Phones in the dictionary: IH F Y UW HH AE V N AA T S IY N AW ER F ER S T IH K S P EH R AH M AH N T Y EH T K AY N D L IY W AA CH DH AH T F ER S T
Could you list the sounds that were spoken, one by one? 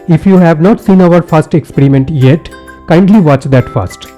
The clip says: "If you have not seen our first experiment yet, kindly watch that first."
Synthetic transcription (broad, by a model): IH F Y UW HH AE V N AA T S IY N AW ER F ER S T IH K S P EH R AH M AH N T Y EH T K AY N D L IY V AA CH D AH T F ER S T